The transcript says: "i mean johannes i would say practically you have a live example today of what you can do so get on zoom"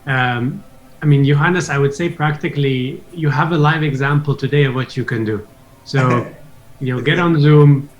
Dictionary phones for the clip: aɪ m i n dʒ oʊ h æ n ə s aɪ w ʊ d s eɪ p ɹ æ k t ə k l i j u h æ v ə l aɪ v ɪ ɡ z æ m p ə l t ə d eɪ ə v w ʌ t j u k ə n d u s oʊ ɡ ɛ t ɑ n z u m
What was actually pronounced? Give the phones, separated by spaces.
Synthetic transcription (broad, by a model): aɪ m i n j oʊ h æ n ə s aɪ w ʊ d s eɪ p ɹ æ k t ə k l i j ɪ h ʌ v ə l aɪ v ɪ ɡ z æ m p l t ə d eɪ ə v w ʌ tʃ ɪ k ə n d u s oʊ ɡ ɛ t n z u m